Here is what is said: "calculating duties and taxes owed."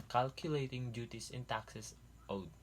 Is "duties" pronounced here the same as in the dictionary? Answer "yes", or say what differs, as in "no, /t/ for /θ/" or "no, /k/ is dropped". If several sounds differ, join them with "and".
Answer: no, /s/ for /z/